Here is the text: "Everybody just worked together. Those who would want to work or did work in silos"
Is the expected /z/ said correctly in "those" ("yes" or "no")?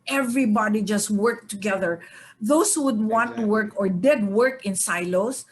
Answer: no